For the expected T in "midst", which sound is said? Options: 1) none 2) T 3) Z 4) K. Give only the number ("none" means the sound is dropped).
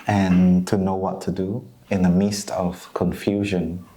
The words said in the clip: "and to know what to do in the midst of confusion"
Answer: 2